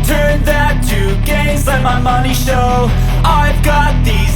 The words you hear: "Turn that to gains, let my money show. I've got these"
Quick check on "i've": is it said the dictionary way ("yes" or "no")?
yes